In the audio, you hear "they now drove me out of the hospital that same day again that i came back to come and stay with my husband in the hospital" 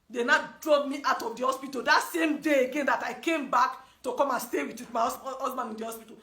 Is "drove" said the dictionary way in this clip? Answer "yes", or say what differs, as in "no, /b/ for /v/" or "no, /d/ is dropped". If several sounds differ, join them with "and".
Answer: no, /b/ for /v/